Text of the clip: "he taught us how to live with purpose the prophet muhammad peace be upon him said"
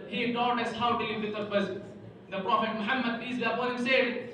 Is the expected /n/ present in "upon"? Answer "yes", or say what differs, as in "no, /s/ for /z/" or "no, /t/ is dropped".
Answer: no, /n/ is dropped